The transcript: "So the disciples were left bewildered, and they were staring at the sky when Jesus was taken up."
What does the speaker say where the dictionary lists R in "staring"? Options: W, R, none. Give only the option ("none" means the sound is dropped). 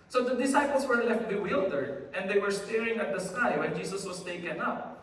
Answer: R